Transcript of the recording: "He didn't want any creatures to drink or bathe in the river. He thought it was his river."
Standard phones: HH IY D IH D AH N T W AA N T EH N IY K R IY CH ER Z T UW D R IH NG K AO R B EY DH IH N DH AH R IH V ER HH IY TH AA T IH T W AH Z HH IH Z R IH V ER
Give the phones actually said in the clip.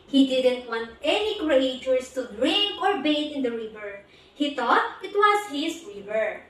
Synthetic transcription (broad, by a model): HH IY D IH D AH N T W AA N T EH N IY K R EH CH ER S T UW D R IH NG AO R B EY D IH N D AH R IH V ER HH IY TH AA T IH T W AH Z HH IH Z R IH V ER